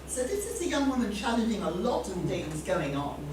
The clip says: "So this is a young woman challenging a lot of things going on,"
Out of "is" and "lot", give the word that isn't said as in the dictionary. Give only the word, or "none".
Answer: none